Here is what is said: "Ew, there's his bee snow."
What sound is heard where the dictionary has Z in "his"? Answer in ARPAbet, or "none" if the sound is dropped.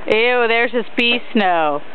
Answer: S